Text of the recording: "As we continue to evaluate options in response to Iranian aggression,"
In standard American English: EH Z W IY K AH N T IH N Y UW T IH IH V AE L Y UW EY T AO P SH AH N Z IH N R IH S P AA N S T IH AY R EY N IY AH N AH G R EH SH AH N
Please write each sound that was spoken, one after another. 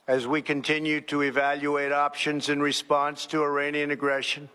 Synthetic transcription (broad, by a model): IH Z W IY K AH N T IH N Y UW T IH IH V AE L Y UW EY T AO P SH AH N Z IH N R IH S P AA N S T IH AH R EY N IY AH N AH G R EH SH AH N